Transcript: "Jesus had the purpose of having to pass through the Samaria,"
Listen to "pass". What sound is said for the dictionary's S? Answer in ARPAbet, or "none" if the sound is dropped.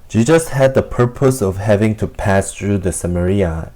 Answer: S